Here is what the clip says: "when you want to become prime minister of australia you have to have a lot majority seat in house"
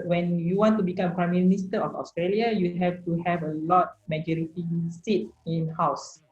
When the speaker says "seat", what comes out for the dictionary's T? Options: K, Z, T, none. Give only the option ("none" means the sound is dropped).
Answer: T